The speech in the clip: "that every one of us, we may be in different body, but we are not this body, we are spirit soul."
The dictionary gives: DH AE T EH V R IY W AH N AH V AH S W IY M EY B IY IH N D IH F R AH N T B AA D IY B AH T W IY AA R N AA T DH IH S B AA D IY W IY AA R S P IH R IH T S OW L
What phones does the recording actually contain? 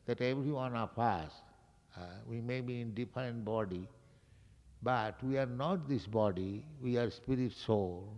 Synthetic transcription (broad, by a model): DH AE T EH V R IY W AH N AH P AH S W IY M EY B IY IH N D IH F R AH N T B AA D IY B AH T W IY AA R N AA T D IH S B AA D IY W IY AA R S P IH R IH T S OW L